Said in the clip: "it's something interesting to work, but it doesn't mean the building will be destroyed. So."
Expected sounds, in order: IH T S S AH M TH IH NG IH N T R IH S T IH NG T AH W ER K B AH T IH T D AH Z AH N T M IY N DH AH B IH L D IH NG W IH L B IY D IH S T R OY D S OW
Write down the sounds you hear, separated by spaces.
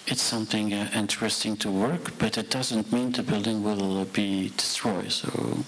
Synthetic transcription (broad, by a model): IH T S S AH M TH IH NG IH N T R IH S T IH NG T AH W ER K B AH T IH T D AH Z AH N T M IY N DH AH B IH L D IH NG W IH L B IY D IH S T R OY D S OW